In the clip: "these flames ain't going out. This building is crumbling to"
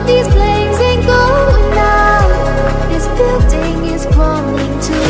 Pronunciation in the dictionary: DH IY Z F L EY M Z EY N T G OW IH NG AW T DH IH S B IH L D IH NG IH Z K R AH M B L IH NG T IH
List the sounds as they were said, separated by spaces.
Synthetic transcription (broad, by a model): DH IY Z P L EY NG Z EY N G OW IH NG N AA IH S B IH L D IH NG IH Z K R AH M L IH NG T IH